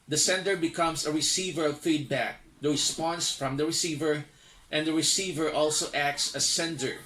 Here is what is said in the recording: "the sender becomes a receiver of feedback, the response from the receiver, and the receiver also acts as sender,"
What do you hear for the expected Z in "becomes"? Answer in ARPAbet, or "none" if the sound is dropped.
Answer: S